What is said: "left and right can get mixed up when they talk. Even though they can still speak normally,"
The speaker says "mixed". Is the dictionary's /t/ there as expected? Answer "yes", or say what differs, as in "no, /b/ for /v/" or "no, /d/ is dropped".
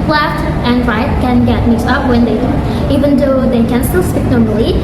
no, /t/ is dropped